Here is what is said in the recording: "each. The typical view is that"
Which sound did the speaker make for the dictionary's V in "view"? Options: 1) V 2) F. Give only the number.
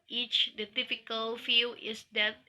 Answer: 2